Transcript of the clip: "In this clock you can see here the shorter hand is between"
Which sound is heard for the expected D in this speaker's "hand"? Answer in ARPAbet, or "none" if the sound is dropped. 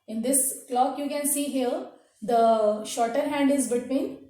D